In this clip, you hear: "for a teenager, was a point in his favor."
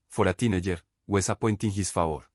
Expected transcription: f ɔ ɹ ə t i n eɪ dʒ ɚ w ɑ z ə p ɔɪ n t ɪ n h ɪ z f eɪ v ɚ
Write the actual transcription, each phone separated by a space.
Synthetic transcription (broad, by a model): f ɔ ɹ ə t i n eɪ dʒ ɚ w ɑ s ə p ɔɪ n t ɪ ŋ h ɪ s f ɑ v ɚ